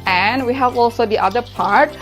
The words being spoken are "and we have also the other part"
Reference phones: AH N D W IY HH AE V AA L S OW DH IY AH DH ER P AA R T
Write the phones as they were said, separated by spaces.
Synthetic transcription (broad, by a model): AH N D W IY HH AE V AA L S OW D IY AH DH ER P AA R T